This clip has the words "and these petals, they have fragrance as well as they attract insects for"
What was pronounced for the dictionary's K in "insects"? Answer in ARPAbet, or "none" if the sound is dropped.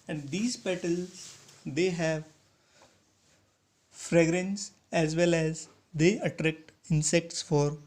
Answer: K